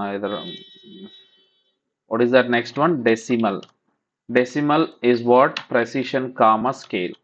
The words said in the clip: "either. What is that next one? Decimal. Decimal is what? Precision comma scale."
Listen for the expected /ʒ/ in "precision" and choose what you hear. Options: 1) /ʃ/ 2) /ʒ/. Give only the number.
1